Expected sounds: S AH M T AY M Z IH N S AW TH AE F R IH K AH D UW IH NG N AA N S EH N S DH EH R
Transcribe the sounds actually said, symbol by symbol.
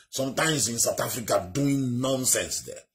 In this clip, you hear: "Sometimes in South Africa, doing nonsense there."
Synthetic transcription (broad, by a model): S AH M T AY M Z IH N S AW T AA F R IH K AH D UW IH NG N AA N S EH N S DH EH